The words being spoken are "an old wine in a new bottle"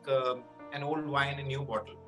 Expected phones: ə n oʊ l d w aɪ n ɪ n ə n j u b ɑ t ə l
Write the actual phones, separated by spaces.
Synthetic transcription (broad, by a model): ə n oʊ l d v aɪ ɪ n ə n j u b ɑ t ə l